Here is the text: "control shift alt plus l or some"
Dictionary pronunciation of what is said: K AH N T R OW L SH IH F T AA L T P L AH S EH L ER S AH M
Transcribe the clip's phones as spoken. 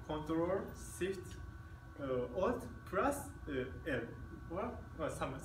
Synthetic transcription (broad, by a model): K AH N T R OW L S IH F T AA T P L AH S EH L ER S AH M